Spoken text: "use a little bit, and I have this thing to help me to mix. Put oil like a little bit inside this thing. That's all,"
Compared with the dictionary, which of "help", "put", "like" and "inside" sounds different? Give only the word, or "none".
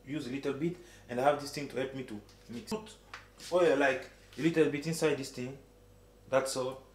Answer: put